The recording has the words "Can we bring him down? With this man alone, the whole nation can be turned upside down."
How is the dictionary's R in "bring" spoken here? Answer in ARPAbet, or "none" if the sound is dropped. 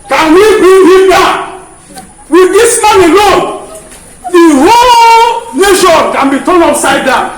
none